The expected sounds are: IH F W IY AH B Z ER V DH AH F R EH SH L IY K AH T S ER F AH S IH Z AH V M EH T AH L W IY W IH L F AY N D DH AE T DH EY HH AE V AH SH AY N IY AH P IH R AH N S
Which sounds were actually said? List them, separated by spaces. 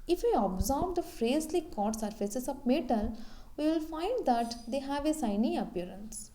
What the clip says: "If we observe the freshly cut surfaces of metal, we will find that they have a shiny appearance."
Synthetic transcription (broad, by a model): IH F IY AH B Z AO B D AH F R EH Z L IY K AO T S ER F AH S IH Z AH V M EH T AH L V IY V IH L F AY N D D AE T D EY HH AE V AH S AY N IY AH P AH R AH N S